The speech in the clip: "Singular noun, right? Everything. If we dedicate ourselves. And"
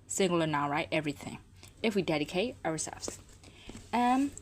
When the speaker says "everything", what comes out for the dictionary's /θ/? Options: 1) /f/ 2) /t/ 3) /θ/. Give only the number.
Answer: 3